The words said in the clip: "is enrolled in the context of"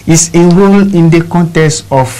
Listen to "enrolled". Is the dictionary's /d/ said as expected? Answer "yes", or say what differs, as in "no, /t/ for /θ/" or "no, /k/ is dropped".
no, /d/ is dropped